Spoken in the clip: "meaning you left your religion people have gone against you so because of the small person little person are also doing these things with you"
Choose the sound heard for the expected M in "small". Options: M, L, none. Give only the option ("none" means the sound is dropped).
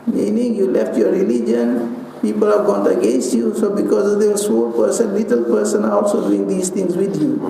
none